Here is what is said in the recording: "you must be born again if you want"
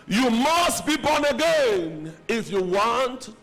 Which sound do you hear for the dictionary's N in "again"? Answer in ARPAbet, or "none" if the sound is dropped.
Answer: N